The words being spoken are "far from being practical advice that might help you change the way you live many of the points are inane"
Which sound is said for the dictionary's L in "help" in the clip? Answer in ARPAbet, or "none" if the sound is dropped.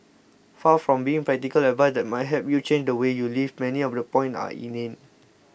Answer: none